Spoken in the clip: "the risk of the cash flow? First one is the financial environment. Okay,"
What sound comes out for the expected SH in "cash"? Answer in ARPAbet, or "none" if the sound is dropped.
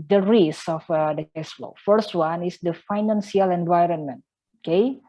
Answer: S